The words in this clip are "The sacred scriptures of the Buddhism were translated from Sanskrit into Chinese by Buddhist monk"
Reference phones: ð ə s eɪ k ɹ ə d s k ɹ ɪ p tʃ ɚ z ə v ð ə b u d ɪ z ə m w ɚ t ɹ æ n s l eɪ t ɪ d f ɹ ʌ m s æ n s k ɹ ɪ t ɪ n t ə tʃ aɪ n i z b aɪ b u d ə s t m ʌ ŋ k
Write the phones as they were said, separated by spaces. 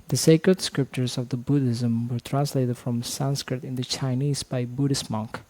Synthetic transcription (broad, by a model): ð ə s eɪ k ɹ ə d s k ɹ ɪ p tʃ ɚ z ə v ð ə b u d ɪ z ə m w ɚ t ɹ æ n s l eɪ t ɪ d f ɹ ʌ m s æ n s k ɹ ɪ t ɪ n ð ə tʃ aɪ n i z b aɪ b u d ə s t m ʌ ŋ k